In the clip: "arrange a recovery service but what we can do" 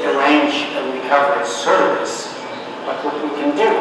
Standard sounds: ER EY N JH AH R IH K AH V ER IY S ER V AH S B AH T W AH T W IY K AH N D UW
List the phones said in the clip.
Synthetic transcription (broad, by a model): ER EY N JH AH W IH AH V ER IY S ER V AH S B AH T W AH T W IY K AH N D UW